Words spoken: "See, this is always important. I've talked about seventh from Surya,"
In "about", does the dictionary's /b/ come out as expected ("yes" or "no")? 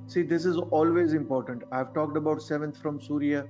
yes